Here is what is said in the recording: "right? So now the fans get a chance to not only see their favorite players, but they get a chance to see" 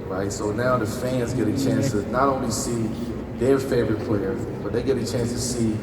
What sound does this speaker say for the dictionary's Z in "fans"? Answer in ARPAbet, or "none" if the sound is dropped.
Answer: Z